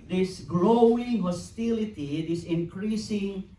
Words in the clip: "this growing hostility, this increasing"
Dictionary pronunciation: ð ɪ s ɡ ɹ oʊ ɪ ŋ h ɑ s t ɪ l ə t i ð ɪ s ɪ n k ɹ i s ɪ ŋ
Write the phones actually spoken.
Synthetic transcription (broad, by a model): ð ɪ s ɡ l oʊ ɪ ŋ h ɑ s t ɪ l ə t i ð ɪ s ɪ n k ɹ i s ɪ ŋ